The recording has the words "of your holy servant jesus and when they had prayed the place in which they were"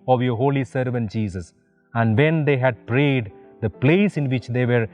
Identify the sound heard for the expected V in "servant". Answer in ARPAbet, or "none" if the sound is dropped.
V